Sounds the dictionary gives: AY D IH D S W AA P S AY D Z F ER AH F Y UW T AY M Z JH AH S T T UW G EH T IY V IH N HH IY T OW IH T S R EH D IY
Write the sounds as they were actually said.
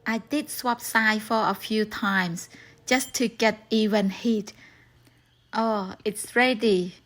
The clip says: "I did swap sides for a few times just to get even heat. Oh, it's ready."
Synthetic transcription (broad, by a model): AY D IH D S W AA P S AY F ER AH F Y UW T AY M S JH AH S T T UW G EH T IY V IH N HH IY T OW IH T S R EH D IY